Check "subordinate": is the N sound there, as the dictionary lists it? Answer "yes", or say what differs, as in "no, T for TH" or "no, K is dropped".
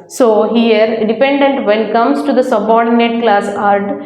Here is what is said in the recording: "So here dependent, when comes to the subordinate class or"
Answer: yes